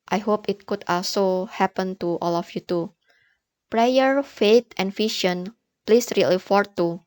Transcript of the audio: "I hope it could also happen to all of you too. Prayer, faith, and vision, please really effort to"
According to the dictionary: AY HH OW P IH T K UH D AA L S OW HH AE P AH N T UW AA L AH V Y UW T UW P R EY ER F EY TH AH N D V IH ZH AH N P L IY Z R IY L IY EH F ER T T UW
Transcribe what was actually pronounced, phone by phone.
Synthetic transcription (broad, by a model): AY HH OW P IH T K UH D AA L S OW HH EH P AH N T UW AA L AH F Y UW T UW P R EY ER F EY T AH N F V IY SH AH N P L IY S R IY L IY F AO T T UW